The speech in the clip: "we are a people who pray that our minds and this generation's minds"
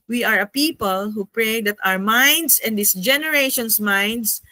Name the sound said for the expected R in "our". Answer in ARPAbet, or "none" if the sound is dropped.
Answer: R